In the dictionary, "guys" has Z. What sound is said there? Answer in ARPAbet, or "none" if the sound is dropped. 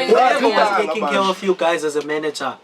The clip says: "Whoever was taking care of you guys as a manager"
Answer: Z